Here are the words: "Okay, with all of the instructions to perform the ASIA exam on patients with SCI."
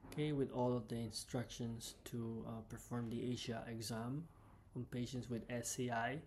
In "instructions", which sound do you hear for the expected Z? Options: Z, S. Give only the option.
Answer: S